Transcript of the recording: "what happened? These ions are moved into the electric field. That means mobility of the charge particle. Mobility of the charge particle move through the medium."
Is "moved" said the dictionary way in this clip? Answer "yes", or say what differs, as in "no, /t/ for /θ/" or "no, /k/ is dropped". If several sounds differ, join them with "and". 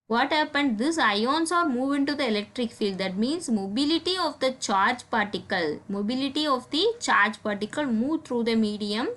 no, /d/ is dropped